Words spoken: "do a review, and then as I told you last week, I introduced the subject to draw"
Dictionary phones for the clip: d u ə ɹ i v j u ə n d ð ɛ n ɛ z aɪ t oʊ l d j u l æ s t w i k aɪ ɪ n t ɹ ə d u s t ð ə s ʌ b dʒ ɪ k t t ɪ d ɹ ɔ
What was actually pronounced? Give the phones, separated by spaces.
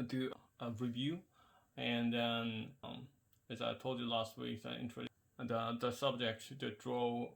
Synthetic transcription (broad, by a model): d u ə ɹ i v j u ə n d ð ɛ n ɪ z aɪ t oʊ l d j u l æ s t w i k aɪ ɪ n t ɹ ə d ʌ ð ə s ʌ b dʒ ɪ k t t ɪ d ɹ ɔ